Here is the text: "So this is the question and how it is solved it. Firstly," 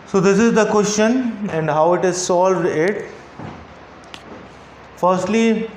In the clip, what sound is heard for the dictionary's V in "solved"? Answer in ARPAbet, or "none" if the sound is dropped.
V